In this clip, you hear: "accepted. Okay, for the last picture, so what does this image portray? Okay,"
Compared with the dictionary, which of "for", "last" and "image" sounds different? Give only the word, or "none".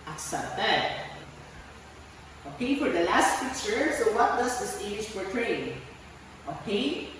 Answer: image